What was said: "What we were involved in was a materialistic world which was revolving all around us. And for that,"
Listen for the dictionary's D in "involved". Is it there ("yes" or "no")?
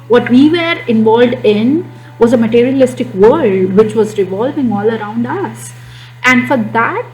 yes